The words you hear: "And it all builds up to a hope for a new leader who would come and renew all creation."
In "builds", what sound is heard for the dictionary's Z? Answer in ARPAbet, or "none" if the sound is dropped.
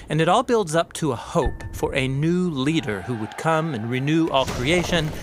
Z